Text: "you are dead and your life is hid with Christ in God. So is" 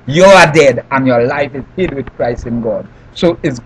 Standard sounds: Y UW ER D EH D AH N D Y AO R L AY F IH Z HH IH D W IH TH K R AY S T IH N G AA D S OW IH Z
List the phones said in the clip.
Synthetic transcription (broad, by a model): Y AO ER D EH D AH N Y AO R L AY F IH Z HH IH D W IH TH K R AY S IH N G AA D S OW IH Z